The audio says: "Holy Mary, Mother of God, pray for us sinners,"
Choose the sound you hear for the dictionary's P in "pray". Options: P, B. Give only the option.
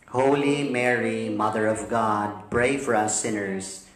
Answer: B